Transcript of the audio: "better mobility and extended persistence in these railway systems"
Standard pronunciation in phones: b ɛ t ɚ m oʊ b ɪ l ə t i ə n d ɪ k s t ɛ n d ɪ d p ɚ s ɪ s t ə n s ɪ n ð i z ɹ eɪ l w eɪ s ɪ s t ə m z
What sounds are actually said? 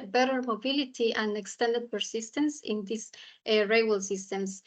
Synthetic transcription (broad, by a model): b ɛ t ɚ m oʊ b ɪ l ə t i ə n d ɪ k s t ɛ n d ɪ d p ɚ s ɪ s t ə n s ɪ n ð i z ɹ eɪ w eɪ s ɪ s t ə m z